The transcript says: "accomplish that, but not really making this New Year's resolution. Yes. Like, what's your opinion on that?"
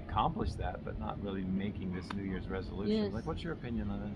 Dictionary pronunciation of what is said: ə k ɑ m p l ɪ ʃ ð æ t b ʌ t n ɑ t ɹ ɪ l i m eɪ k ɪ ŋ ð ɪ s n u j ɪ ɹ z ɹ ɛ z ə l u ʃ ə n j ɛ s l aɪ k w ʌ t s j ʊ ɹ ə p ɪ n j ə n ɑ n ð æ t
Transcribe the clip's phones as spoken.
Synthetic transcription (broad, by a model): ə k ɑ m p l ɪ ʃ ð æ t b ʌ t n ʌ t ɹ ɪ l i m eɪ k ɪ ŋ ð ɪ s n u j ɪ ɹ z ɹ ɛ z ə l u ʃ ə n l aɪ k w ʌ t s j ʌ ɹ ə p ɪ n j ə n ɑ n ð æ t